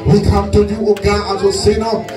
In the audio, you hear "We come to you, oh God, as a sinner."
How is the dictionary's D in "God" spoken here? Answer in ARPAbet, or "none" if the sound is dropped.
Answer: none